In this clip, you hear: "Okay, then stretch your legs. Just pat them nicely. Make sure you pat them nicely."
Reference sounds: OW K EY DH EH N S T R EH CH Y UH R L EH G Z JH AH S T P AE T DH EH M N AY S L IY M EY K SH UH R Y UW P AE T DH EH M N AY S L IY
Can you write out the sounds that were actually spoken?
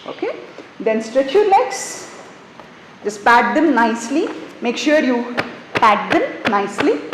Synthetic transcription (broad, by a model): OW K EY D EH N S T R EH CH Y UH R N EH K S JH AH S T P AE T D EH M N AY S L IY M EY K SH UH R Y UW P AE T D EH M N AY S L IY